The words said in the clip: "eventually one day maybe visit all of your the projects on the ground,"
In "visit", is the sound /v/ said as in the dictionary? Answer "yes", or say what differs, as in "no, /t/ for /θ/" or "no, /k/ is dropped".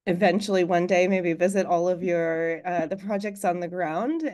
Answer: yes